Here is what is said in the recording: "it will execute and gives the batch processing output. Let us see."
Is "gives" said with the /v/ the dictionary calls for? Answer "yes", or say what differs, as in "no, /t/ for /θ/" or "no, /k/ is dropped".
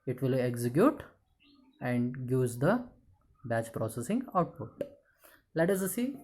no, /v/ is dropped